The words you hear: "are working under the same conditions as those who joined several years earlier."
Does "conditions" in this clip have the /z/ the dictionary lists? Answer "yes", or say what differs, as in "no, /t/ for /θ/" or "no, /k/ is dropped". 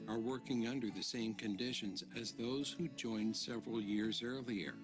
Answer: yes